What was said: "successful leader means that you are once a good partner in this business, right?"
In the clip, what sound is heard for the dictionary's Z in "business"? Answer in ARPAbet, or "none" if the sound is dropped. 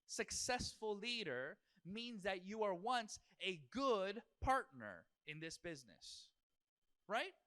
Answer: Z